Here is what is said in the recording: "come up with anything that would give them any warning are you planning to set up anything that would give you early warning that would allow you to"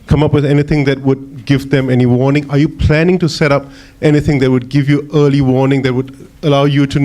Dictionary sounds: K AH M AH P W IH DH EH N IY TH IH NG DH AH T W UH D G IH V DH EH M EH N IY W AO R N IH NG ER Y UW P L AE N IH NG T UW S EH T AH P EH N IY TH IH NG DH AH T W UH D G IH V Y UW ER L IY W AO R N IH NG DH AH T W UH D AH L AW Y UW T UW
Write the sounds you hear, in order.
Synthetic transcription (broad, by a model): K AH M AH P W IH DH EH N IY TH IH NG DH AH T W UH D G IH V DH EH M EH N IY W AO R N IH NG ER Y UW P L AE N IH NG T UW S EH T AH P EH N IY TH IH NG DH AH T W UH D G IH V Y UW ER L IY W AO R N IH NG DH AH T W UH D AH L AW Y UW T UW